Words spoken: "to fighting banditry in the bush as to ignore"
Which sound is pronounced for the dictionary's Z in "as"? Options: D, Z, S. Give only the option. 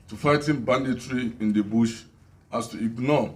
S